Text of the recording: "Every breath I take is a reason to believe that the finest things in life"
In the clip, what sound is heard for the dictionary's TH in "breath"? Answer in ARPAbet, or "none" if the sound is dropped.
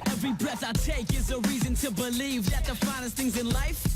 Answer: TH